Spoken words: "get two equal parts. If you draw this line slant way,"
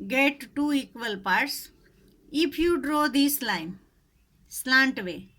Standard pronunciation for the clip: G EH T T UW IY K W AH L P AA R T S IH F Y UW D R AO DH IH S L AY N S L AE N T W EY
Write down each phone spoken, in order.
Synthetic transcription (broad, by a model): G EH T T UW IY K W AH L P AA R T S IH P Y UW D R AO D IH S L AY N S L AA N T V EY